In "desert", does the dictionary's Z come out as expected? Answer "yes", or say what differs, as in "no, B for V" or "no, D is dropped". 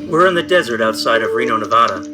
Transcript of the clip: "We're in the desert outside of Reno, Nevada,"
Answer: yes